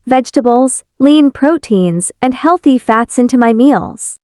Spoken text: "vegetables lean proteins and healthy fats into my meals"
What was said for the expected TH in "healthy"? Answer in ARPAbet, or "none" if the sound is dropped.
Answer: TH